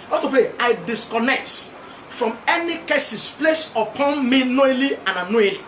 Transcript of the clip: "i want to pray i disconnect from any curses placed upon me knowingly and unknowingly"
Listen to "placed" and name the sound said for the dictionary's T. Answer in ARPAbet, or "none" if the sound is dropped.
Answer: none